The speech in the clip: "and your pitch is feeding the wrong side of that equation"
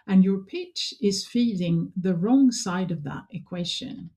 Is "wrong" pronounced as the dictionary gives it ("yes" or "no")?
yes